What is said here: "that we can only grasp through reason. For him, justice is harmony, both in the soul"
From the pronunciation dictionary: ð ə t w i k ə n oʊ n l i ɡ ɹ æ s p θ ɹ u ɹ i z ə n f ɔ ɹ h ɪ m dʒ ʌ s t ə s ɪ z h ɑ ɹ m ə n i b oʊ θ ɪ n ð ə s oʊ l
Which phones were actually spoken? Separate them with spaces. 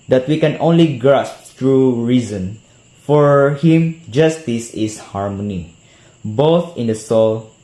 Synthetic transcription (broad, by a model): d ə t w i k ə n oʊ n l i ɡ ɹ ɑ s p t ɹ u ɹ i z ə n f ɔ ɹ h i m dʒ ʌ s t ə s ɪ s h ɑ ɹ m ə n i b oʊ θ ɪ n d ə s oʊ l